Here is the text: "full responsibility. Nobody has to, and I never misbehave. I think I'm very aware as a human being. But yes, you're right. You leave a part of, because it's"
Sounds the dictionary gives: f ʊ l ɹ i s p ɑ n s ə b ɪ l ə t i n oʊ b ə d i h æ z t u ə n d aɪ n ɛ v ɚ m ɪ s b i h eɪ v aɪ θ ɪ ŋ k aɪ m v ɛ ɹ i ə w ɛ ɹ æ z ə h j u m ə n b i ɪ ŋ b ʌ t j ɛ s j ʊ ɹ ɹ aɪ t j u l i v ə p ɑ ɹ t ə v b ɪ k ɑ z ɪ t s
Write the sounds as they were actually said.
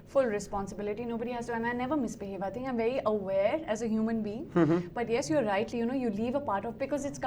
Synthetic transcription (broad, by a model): f ʊ l ɹ i s p ɑ n s ə b ɪ l ə t i n oʊ b ə d i h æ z t u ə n aɪ n ɛ v ɚ m ɪ s b i h eɪ v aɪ t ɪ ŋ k aɪ m v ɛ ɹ i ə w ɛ ɹ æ z ə h j u m ə n b i ɪ ŋ b ʌ t j ɛ s j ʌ ɹ ɹ aɪ t j u l i v ə p ɑ ɹ t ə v b ɪ k ɑ z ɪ t s